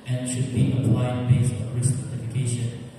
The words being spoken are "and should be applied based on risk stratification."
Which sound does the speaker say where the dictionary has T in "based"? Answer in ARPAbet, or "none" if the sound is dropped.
none